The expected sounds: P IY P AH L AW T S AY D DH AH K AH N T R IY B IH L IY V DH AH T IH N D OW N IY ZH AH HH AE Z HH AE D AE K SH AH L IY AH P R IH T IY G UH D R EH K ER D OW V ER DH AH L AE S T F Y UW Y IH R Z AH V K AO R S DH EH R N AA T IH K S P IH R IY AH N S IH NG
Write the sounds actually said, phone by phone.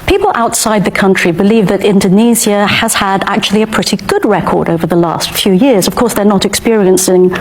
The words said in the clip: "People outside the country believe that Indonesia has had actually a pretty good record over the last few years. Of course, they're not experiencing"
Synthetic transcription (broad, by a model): P IY P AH L AW T S AY D DH AH K AH N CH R IY B IH L IY V DH AH T IH N D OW N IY Z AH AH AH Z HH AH D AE K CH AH L IY AH P R IH T IY G UH D R EH K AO D OW V ER DH AH L AE S T F Y UW Y IH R Z AH V K AO R S DH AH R N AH T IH K S P IH R IY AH N S IH NG